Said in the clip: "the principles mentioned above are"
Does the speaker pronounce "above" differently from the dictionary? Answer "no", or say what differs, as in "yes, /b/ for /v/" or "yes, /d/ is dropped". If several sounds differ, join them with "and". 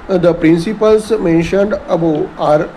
yes, /v/ is dropped